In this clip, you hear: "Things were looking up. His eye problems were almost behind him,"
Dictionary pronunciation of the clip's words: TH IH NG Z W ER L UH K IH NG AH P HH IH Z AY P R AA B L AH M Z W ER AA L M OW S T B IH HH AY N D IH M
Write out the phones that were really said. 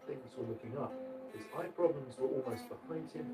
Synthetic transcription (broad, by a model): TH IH NG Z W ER L UH K IH NG AH P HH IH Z AY P R AA B L AH M Z W ER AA L M OW S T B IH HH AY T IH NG